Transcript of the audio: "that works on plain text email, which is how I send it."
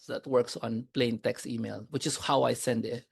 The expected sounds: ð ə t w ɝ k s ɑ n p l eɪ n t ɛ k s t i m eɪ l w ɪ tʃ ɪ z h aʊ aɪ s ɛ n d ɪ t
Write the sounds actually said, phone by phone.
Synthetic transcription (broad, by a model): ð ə t w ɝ k s ɑ n p l eɪ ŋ t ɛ k s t i m eɪ l w ɪ tʃ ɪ s h aʊ aɪ s ɛ n d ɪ t